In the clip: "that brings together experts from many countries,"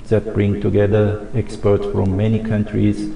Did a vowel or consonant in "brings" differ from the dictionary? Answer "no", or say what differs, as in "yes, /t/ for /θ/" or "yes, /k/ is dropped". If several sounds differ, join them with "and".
yes, /z/ is dropped